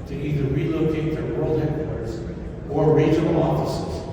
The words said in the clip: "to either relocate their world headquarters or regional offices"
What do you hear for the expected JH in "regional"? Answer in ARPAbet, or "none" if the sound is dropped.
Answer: none